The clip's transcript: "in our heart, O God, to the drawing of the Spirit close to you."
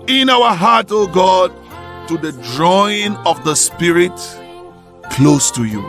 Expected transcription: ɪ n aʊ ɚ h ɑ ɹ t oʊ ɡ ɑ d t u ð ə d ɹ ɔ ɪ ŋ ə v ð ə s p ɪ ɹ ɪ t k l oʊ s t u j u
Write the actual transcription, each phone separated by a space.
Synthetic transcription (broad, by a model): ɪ n aʊ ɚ h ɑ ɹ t oʊ ɡ ɑ d t u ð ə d ɹ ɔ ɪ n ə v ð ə s p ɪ ɹ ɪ t k l oʊ s t u j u